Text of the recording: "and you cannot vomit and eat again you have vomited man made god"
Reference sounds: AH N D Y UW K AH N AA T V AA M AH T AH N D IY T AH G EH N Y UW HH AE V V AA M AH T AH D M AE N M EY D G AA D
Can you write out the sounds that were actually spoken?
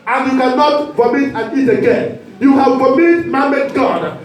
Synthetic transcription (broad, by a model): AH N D Y UW K AH N AA T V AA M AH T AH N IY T AH G EH N Y UW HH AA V P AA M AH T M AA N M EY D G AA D